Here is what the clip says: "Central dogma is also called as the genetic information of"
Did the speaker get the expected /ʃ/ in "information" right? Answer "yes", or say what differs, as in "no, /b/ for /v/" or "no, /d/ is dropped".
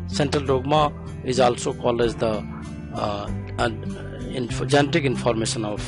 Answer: no, /s/ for /ʃ/